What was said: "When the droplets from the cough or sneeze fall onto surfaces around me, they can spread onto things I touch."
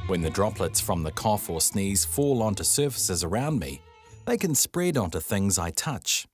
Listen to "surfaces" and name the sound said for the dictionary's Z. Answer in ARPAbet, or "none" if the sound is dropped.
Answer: Z